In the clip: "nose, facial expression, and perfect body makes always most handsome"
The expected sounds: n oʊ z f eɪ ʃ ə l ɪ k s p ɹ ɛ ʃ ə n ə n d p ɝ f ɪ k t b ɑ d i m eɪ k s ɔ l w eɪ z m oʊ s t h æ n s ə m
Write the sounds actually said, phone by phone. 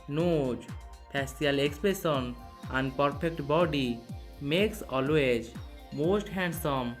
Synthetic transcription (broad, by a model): n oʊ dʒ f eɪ s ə l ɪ k s p ɹ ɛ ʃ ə n ə n d p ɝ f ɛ k t b ɑ d i m eɪ k s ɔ l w eɪ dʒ m oʊ s t h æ n s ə m